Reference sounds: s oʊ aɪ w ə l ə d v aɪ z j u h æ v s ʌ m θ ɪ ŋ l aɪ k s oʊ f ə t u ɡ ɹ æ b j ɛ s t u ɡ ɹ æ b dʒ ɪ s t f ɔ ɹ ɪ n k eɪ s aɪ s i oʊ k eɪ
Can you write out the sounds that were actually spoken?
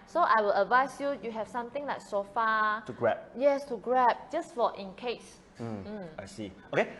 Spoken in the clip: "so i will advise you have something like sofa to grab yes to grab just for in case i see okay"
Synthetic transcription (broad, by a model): s oʊ aɪ w ə l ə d v aɪ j j u h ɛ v s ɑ m t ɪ ŋ l aɪ k s oʊ f ə t u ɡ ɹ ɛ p j ɛ s t u ɡ ɹ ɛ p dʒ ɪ s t f ɔ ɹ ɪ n k eɪ s aɪ s i oʊ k eɪ